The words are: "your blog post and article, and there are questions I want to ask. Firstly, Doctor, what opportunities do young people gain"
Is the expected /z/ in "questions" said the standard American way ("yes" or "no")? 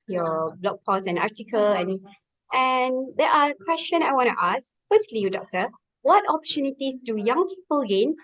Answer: no